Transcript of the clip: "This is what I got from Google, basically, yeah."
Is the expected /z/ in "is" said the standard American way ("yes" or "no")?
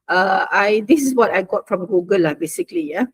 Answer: no